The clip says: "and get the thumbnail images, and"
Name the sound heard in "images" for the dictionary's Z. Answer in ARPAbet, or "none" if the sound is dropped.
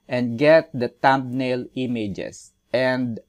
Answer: S